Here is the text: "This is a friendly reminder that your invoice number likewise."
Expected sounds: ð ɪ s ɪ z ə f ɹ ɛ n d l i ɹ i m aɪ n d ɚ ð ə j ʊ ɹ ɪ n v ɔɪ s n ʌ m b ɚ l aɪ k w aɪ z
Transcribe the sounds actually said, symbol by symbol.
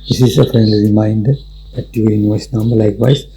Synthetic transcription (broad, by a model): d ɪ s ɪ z ə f ɹ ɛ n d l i ɹ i m aɪ n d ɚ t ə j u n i v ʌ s n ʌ m b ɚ l aɪ k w aɪ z